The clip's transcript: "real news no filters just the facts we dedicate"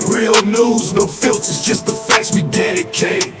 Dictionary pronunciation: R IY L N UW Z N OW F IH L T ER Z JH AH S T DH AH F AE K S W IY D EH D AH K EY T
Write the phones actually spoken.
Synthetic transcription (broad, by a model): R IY L N UW Z N OW F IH L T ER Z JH AH S T DH AH F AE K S W IY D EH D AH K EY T